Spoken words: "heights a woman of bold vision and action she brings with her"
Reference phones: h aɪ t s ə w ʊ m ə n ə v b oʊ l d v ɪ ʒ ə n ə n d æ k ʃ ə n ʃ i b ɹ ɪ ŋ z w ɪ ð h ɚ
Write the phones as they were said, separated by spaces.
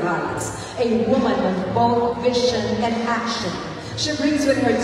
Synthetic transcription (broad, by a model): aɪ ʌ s ə w ʊ m ə n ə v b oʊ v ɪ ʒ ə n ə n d æ k ʃ ə n ʃ i b ɹ ɪ ŋ z w ɪ ð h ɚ